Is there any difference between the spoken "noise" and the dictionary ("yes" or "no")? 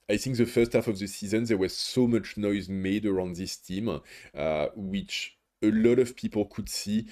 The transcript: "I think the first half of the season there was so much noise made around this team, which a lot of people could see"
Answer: no